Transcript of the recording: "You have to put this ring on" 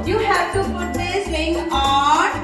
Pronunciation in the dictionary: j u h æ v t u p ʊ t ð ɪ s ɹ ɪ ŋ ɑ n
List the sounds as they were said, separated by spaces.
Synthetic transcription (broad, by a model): j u h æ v t u p ʊ t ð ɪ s l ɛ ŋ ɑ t